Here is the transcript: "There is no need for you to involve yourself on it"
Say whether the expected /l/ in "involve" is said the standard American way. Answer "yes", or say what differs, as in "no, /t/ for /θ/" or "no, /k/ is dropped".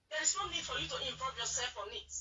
no, /l/ is dropped